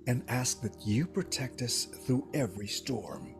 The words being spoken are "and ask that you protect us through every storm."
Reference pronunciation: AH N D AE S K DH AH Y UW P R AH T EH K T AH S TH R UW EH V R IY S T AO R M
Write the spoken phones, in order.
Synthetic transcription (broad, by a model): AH N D AE S K DH AH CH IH P R AH T EH K T AH S TH R UW EH V R IY S T AO R M